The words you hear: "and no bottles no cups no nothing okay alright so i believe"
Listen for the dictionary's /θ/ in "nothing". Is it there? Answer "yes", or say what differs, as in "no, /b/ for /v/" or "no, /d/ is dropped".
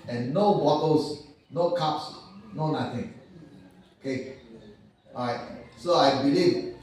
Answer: no, /t/ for /θ/